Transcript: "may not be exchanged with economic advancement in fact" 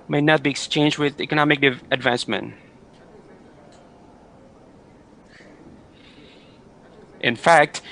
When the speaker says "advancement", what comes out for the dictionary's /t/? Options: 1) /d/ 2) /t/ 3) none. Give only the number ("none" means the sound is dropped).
2